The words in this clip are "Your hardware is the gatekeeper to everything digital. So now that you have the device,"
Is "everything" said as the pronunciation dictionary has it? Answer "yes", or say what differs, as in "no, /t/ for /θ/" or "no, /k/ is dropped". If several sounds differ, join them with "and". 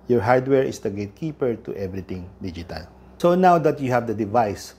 no, /t/ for /θ/